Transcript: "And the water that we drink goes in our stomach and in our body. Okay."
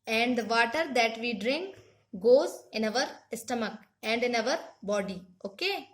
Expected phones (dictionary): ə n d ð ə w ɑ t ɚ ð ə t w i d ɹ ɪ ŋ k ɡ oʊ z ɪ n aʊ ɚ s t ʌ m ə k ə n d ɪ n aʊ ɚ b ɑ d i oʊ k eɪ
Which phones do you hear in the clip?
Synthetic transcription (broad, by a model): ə n d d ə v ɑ t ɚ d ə t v i d ɹ ɪ ŋ k ɡ oʊ z ɪ n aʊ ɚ s t ʌ m ə k ə n d ɪ n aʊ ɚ b ɑ d i oʊ k eɪ